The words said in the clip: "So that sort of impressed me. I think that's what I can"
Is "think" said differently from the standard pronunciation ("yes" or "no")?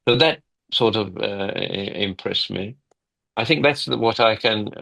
no